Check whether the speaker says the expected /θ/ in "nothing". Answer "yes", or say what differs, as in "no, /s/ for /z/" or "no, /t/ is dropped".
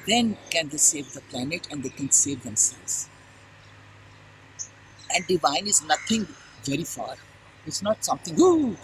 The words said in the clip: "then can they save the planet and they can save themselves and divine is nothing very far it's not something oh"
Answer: no, /t/ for /θ/